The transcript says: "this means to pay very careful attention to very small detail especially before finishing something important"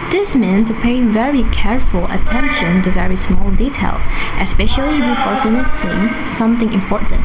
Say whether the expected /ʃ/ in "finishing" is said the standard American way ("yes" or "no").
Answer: no